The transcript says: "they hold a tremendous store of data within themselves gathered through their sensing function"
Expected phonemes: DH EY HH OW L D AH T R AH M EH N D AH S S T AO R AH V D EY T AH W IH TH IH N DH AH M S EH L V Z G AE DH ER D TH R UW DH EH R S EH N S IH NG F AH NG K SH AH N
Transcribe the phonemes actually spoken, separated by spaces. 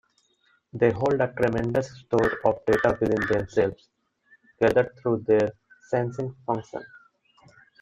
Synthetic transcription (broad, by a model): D EY HH OW L D AH T R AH M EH N D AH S S T AO R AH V D EY T AH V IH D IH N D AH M S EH L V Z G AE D ER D T R UW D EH R S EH N S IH NG F AH NG K SH AH N